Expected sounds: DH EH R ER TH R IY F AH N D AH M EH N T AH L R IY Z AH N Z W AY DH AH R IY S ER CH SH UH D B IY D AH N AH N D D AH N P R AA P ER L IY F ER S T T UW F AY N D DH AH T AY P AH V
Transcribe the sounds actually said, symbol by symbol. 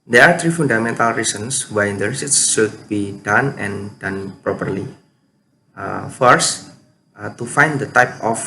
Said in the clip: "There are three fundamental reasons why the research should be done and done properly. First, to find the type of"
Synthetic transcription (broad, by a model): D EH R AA T R IY F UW N D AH M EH N T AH L R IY S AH N S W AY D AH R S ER S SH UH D B IY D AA N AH N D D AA N P R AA P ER L IY F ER S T T UW F AY N D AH T AY P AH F